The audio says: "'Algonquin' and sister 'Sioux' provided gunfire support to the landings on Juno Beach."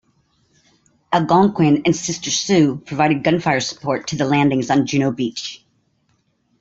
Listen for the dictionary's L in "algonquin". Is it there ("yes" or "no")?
no